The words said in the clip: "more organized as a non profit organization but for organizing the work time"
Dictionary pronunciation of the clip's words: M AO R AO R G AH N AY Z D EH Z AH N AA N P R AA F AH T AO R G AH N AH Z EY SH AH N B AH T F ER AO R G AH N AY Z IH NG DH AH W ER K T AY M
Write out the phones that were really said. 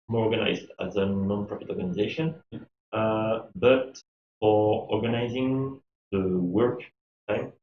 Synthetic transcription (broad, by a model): M AO R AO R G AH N AY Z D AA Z AH N AA N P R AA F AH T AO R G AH N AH Z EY SH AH N B AH T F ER AO R G AH N AY Z IH NG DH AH W ER K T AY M